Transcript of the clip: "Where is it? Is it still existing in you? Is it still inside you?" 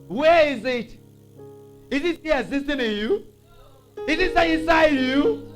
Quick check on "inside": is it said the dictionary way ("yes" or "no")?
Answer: no